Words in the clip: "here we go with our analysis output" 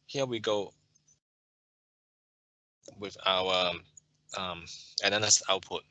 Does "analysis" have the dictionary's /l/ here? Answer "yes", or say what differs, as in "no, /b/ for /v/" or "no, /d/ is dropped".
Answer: no, /n/ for /l/